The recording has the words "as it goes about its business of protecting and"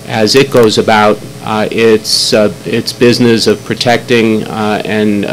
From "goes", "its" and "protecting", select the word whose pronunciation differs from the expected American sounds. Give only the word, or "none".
none